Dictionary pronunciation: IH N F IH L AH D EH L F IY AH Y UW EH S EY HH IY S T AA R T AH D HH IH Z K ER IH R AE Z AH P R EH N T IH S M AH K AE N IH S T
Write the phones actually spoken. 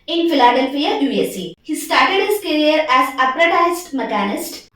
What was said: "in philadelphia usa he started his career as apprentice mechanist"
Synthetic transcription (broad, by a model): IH N F IH L AH D EH L F IY AH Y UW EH S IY HH IY S T AA R T AH D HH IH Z K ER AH R AE Z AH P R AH T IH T M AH K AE N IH S T